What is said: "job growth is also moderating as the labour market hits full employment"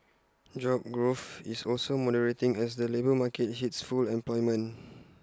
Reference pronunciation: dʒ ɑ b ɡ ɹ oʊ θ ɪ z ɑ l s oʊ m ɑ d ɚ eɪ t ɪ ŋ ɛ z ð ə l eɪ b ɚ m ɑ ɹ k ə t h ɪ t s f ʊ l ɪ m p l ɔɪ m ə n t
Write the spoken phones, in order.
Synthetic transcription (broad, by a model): dʒ ɑ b ɡ ɹ oʊ f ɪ s ɑ l s oʊ m ɑ d ɚ eɪ t ɪ ŋ ɛ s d ə l eɪ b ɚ m ɑ k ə t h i t s f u l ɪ m p l ɔɪ m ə n